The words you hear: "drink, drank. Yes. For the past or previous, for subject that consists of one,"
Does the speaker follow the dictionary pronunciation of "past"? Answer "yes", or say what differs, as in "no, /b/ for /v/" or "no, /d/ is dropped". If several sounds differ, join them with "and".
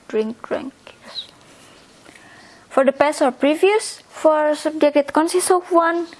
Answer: no, /t/ is dropped